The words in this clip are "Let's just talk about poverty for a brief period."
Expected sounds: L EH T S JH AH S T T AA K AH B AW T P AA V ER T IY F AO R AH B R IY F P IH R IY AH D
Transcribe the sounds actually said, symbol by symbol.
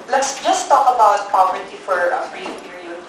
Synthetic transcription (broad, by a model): L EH T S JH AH S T T AA K AH B AW T P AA P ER T IY F AO R AH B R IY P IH R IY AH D